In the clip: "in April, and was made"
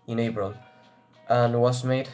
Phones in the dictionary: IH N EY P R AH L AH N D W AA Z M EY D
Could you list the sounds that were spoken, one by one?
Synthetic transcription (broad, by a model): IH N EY B R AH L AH N W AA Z M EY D